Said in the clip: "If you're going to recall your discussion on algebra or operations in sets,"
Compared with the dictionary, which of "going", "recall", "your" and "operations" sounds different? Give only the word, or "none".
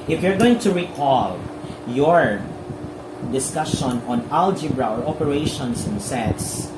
operations